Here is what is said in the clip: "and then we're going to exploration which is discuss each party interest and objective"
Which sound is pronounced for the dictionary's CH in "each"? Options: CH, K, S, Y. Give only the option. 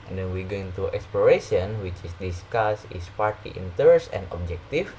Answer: S